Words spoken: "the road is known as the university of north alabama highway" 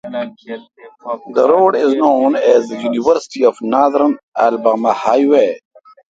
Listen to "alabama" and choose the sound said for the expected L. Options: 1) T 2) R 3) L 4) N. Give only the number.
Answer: 4